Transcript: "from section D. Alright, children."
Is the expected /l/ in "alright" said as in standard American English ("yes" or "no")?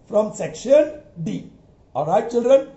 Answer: no